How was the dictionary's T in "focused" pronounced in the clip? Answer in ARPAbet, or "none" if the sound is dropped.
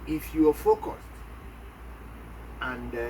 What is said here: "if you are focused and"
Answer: T